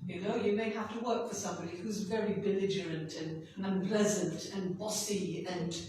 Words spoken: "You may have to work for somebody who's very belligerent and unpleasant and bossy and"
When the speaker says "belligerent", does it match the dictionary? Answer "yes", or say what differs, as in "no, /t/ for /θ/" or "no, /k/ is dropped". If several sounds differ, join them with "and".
yes